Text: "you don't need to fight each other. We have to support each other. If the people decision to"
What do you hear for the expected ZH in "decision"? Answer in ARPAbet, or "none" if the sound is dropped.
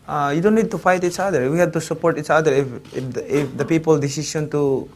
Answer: S